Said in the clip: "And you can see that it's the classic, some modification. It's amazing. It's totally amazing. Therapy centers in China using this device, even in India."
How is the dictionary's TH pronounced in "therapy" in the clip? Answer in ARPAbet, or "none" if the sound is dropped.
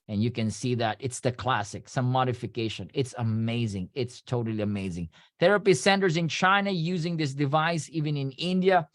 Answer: TH